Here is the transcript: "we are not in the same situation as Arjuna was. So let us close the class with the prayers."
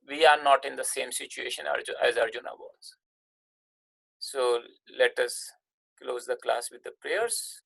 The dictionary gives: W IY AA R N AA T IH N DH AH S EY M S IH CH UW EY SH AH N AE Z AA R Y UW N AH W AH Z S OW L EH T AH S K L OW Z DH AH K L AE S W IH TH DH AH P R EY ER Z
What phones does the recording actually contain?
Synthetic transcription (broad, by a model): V IY AA R N AA T IH N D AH S EY M S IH CH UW EY SH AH N AE Z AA R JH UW N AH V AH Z S OW L EH T AH S K L OW Z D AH K L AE S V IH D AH P R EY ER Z